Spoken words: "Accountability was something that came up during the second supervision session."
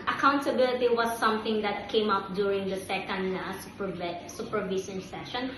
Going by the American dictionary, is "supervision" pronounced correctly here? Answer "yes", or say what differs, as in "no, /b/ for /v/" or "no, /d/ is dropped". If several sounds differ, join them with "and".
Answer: no, /s/ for /ʒ/